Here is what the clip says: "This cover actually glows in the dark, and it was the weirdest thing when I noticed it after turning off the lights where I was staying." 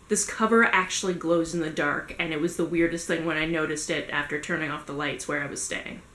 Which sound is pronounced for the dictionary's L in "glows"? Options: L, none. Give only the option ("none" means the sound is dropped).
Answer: L